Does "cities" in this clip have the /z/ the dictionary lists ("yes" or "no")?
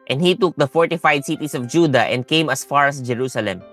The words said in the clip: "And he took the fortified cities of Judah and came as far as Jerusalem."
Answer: no